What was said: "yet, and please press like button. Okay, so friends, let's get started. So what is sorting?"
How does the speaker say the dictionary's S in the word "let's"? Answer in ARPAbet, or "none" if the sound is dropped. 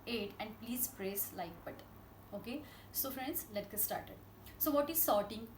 none